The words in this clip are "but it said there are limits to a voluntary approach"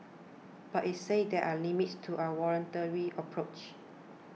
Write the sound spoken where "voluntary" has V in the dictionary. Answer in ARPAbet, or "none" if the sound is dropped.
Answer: W